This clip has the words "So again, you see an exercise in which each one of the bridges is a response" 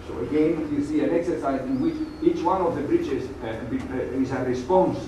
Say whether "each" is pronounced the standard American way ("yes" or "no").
yes